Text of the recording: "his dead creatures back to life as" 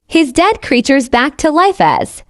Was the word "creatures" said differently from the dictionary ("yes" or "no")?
no